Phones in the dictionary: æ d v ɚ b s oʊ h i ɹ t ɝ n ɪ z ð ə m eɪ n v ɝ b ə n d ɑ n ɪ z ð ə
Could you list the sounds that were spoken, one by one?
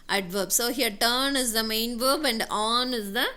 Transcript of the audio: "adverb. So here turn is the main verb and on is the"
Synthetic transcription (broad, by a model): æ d v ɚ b s oʊ h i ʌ t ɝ n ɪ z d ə m eɪ n v ɝ b ə n d ɑ n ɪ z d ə